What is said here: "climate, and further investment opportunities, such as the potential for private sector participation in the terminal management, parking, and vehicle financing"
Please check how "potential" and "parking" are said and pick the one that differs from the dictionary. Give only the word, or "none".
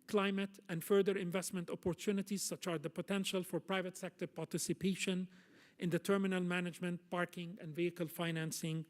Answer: none